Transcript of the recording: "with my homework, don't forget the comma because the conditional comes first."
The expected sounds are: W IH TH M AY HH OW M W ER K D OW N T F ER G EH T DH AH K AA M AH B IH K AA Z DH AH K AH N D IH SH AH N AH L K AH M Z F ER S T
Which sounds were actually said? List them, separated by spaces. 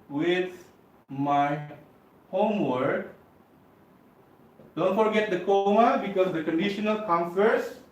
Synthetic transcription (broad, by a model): W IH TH M AY HH OW M W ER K D OW N T F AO G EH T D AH K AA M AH B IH K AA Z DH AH K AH N D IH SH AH N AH L K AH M F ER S